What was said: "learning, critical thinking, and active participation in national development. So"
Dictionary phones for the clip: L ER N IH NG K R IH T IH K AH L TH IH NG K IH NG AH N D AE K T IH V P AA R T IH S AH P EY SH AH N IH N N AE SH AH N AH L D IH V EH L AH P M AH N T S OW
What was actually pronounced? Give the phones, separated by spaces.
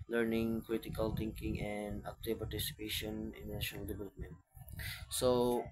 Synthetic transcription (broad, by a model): L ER N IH NG K R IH T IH K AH L T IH NG K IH NG AH N D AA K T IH P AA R T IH S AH P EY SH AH N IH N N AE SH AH N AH L D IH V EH L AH P M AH N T S OW